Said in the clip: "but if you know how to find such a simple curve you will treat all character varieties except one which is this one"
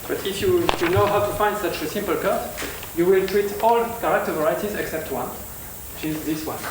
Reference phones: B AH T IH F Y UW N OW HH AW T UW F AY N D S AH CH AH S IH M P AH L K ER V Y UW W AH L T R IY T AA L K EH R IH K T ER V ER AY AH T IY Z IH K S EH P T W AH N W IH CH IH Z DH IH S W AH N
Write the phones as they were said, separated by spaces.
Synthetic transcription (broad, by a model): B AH T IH F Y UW N OW HH AW T UW F AY N D S AH CH AH S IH M P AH L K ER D Y UW W AH L T R IY T AA L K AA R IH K T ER V ER AY AH T IY Z IH K S EH P T W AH N W IH CH IH Z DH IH S W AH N